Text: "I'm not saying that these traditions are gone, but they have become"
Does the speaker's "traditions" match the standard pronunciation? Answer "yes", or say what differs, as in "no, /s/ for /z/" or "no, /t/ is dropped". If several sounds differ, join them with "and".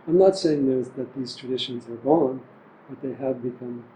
yes